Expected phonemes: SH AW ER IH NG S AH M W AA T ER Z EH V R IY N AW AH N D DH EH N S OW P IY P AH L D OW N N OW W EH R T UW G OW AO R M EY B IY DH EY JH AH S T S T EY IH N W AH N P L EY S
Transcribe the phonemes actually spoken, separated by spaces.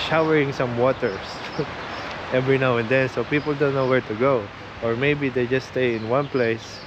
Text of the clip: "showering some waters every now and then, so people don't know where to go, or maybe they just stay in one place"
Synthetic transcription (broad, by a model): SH AW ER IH NG S AH M W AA T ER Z EH V R IY N AW AH N D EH N S OW P IY P AH L D OW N N OW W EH R T UW G OW AO R M EY B IY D EY JH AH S S T EY IH N W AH N P L EY S